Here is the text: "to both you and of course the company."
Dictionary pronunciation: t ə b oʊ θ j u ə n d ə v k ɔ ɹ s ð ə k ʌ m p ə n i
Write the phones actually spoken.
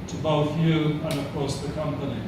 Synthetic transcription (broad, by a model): t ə b oʊ θ j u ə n ə v k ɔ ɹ s ð ə k ʌ m p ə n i